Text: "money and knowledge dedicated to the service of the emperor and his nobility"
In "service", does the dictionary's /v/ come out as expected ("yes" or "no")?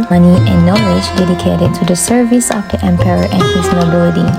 yes